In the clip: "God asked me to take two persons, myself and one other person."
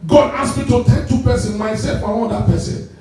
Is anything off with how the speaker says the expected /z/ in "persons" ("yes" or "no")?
yes